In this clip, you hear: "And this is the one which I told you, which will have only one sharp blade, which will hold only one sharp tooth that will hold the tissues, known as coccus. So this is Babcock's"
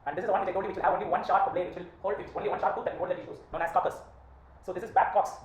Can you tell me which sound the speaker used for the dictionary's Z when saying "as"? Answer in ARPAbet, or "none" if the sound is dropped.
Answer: S